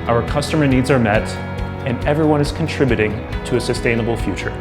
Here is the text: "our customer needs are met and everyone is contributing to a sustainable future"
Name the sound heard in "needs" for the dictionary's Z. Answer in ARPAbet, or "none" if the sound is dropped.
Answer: Z